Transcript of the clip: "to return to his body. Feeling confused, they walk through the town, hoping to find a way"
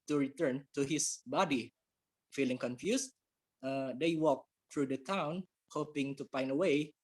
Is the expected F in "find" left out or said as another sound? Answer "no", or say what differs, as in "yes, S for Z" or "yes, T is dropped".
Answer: yes, P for F